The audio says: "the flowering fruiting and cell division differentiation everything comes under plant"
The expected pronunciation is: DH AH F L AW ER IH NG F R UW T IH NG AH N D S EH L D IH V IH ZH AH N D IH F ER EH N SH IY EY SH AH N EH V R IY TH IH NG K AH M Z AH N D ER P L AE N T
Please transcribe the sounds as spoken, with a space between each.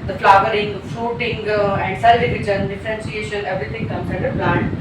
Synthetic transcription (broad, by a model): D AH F L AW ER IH NG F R UW T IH NG AH N D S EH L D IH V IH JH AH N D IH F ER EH N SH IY EY SH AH N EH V R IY T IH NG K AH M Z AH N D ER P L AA N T